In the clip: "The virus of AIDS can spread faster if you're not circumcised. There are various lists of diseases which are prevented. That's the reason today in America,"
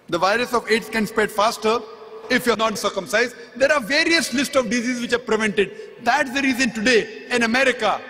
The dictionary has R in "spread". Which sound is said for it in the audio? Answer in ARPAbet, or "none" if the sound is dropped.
none